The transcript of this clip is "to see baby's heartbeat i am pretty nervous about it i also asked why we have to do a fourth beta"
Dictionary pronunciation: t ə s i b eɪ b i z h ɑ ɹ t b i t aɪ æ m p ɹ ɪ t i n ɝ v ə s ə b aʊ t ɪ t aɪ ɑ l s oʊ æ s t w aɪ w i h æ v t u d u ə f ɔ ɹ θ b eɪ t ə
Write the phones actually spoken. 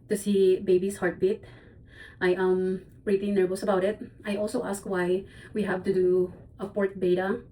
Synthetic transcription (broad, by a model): t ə s i b eɪ b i s h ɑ ɹ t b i t aɪ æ m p ɹ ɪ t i n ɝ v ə s ə b aʊ t ɪ t aɪ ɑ l s oʊ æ s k w aɪ w i h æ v t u d u ə p ɔ ɹ t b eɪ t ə